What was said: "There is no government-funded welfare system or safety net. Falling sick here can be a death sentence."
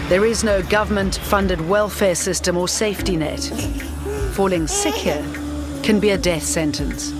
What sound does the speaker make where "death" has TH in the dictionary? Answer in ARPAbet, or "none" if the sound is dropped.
TH